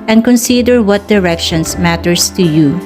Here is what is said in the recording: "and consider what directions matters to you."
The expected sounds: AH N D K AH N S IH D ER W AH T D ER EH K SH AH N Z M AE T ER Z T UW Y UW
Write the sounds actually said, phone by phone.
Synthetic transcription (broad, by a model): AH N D K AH N S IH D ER W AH T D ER EH K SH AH N S M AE T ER S T UW Y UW